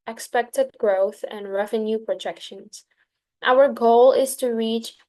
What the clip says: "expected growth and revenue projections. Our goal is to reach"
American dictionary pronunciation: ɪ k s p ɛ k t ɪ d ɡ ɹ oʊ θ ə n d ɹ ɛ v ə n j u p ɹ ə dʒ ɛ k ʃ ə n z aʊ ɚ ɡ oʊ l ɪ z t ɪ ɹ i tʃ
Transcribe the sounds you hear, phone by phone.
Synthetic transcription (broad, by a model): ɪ k s p ɛ k t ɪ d ɡ ɹ oʊ θ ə n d ɹ ɛ v ə n j u p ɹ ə dʒ ɛ k ʃ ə n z aʊ ɚ ɡ oʊ l ɪ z t ɪ ɹ i tʃ